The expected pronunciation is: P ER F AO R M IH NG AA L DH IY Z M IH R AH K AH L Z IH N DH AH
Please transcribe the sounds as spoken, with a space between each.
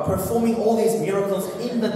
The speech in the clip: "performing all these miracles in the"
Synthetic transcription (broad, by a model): P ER F AO R M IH NG AA L DH IY Z M IH R AH K AH L Z IH N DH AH